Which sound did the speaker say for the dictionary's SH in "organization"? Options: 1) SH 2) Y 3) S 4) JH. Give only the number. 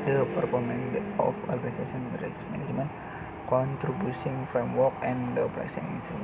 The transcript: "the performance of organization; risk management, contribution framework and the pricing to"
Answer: 3